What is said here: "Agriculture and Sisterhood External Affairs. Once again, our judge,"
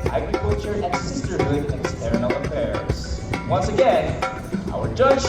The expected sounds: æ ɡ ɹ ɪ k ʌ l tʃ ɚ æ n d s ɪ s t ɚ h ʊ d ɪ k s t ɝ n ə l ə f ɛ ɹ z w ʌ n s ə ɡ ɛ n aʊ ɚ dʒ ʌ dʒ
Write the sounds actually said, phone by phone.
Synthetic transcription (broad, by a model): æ ɡ ɹ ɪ k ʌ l tʃ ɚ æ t s ɪ s t ɚ h ʊ d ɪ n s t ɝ ə n ə f ɛ ɹ z w ʌ n s ə ɡ ɛ n aʊ ɚ dʒ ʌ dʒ